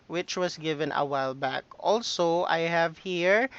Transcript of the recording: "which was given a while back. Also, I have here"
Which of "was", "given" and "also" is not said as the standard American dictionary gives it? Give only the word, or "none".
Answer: was